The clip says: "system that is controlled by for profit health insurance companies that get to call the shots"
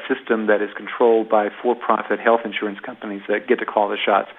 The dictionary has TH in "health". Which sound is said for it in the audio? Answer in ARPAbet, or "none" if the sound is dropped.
TH